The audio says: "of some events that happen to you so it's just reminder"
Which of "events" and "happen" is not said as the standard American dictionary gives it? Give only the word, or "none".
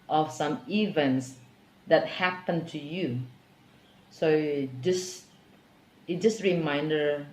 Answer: none